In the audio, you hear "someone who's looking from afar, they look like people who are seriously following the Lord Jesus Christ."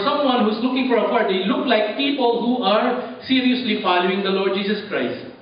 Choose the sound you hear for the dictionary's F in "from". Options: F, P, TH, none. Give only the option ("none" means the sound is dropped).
P